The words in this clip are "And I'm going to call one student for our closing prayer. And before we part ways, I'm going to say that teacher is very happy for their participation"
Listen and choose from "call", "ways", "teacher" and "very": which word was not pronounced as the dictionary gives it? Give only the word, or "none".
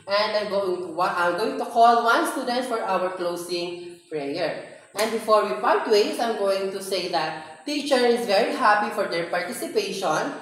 ways